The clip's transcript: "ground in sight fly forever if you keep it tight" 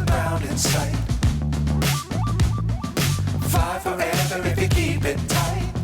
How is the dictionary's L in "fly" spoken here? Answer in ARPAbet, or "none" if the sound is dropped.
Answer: none